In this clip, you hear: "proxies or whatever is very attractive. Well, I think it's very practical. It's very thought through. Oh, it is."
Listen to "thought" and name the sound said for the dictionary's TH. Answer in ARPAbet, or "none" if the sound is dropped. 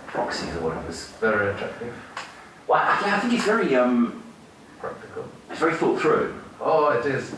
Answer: F